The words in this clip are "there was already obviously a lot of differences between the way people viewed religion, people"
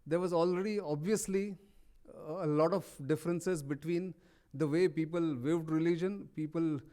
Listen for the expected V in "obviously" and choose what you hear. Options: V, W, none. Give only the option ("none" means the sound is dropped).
V